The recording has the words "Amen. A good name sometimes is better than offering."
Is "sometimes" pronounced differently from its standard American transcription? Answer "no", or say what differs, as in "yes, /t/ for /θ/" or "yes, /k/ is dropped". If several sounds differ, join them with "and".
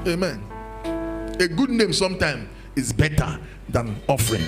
yes, /z/ is dropped